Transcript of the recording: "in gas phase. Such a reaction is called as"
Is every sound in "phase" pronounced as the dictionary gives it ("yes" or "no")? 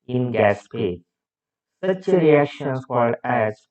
no